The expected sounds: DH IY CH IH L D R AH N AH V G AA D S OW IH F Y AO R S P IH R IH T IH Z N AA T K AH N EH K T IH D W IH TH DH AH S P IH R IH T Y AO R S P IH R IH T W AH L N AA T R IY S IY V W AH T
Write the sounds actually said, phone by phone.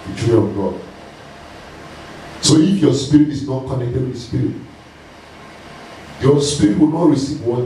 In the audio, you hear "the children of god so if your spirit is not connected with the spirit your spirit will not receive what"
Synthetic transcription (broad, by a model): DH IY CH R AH AH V G AA D S OW IH F Y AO S P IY R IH T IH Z N AA T K AH N EH K T IH D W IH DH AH S P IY R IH T Y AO S P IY R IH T W AH L N AA T R IY S IY V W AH